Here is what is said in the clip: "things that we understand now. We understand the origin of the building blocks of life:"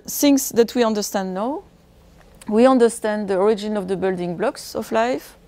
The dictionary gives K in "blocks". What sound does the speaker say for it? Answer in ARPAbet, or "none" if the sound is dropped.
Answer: K